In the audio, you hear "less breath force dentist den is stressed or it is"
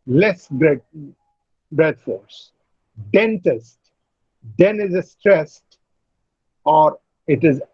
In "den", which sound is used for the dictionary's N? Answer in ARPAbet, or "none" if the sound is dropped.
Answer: N